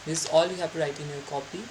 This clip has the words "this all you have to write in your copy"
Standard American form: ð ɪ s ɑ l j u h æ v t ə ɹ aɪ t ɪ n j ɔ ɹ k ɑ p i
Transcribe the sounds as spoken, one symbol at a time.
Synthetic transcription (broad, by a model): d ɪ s ɑ l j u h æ p t ə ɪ t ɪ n j ɔ ɹ k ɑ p i